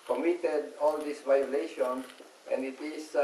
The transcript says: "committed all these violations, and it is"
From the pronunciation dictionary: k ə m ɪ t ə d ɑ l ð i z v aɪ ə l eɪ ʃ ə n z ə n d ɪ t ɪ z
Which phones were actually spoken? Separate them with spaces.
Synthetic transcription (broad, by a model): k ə m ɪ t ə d ɑ l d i s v aɪ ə l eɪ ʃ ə n ə n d ɪ t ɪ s